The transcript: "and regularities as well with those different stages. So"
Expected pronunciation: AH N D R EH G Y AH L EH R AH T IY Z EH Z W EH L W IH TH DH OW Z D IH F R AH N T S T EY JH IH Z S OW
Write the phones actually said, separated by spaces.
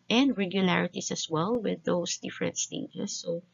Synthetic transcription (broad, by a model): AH N D R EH G Y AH L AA R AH T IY S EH S W EH L W IH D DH OW S D IH F R AH N T S T EY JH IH S OW